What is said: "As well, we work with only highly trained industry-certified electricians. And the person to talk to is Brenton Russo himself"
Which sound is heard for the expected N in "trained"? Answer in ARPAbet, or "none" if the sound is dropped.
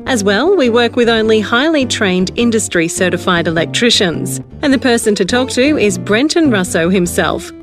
N